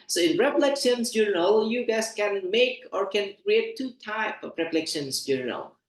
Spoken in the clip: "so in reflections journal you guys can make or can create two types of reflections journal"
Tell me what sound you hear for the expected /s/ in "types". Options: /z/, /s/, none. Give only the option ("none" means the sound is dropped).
none